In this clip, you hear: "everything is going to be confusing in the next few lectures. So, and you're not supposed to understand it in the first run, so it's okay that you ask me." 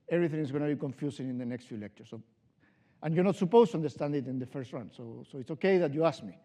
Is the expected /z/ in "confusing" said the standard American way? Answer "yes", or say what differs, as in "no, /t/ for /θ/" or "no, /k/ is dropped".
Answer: no, /s/ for /z/